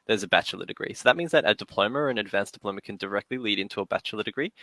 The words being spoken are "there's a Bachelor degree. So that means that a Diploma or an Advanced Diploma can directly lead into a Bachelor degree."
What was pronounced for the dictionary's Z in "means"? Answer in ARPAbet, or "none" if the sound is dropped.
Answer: Z